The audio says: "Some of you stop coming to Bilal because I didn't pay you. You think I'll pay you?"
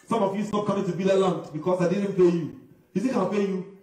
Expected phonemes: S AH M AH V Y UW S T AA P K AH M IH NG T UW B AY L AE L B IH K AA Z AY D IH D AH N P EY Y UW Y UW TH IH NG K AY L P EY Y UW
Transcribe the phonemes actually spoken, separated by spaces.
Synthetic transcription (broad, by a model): S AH M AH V Y UW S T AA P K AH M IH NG T UW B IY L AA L B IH K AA S AY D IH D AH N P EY Y UW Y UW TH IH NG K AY N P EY Y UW